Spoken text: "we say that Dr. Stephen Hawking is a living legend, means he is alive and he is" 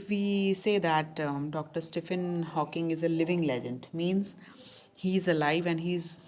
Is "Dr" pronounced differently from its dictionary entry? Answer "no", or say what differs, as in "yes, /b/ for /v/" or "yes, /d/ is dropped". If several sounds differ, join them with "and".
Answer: no